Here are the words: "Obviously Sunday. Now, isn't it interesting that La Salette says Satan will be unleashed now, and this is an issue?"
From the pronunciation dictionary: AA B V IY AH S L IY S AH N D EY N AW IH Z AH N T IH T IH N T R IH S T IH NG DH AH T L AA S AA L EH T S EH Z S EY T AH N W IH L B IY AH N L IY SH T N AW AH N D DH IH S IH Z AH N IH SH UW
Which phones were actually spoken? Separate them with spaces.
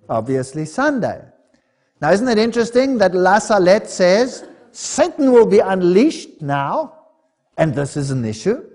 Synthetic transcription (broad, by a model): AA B V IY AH S L IY S AH N D EY N AW IH Z AH N T IH T IH N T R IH S T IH NG DH AH T L AA S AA L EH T S EH Z S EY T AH N W IH L B IY AH N L IY SH T N AW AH N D DH IH S IH Z AH N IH SH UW